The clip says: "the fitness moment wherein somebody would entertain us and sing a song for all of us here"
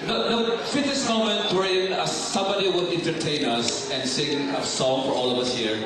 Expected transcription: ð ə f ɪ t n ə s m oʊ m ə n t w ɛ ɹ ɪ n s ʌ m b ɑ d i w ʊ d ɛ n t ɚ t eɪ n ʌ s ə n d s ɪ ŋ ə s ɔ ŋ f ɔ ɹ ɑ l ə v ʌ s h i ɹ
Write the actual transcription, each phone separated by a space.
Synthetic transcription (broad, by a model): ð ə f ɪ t ə s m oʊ m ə n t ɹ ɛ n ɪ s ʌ m b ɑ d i w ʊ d ɛ n t ɚ t eɪ n ʌ s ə n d s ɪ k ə s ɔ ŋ f ɔ ɹ ɑ l ə v ʌ s h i ɹ